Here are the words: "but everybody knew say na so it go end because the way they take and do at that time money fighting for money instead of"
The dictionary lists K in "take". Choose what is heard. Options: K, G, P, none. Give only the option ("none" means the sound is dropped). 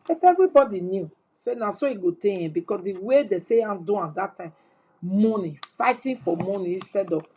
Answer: none